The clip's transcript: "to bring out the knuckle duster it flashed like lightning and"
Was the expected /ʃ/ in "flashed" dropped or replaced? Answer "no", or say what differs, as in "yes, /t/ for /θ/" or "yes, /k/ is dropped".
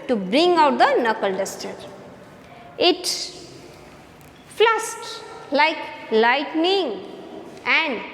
yes, /s/ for /ʃ/